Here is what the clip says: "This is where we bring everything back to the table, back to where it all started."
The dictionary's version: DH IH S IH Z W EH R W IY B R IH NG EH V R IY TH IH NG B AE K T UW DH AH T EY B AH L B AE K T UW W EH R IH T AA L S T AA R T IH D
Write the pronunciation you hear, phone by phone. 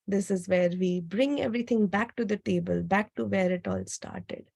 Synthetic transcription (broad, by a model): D IH S IH Z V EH R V IY B R IH NG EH V R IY T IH NG B AE K T UW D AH T EY B AH L B AE K T UW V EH R IH T AA L S T AA R T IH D